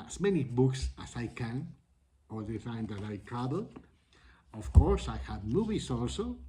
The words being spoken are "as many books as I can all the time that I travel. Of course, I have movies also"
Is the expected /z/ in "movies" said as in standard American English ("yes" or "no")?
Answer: no